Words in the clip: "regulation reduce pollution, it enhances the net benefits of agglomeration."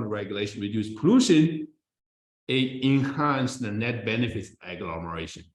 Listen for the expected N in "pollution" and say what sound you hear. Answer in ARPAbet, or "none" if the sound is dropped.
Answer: N